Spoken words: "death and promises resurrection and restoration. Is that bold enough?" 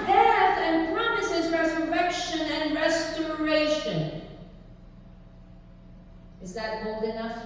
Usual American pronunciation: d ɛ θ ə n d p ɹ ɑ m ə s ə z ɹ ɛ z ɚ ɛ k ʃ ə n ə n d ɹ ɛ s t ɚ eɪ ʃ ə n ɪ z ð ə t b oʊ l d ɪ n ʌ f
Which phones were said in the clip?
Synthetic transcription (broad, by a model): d ɛ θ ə n p ɹ ɑ m ə s ə z ɹ ɛ z ɚ ɛ k ʃ ə n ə n ɹ ɛ s t ɚ eɪ ʃ ə n ɪ z ð ə t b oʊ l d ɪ n ʌ f